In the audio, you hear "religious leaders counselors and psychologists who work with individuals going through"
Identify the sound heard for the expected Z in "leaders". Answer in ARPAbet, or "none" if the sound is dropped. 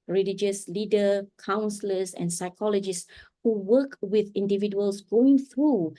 none